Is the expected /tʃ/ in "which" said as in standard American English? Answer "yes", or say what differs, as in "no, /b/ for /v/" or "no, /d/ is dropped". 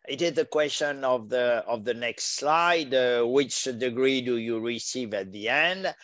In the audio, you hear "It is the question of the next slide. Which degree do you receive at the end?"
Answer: yes